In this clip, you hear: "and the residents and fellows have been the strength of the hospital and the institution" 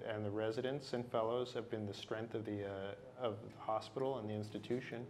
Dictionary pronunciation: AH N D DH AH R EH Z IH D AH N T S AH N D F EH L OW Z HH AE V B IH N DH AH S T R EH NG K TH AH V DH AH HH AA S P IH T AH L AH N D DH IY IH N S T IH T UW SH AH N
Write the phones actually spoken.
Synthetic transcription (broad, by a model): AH N DH AH R EH Z IH D AH N T S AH N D F EH L OW Z HH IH V B IH N DH AH S T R EH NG K TH AH V DH AH HH AA S P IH T L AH N DH IY IH N S T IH T UW SH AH N